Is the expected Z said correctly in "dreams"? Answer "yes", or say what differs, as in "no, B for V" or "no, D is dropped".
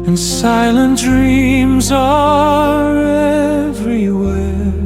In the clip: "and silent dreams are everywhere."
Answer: yes